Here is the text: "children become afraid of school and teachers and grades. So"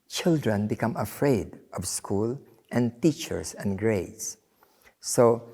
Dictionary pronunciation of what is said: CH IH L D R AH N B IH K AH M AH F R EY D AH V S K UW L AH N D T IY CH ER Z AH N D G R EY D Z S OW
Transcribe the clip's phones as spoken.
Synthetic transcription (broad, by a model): CH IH L D R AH N B IH K AH M AH F R EY D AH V S K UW L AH N T IY CH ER S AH N G R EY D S S OW